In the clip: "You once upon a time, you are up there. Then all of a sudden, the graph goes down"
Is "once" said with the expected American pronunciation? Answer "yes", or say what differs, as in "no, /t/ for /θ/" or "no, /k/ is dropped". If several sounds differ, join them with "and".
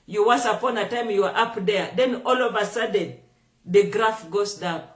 no, /n/ is dropped